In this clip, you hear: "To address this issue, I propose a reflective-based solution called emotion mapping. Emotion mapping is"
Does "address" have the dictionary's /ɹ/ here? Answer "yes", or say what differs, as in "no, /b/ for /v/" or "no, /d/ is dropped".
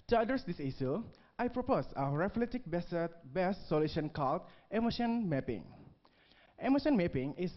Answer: no, /ɹ/ is dropped